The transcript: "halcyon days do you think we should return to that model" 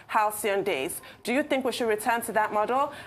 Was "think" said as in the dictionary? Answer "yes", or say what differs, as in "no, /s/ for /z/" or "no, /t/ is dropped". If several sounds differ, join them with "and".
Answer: yes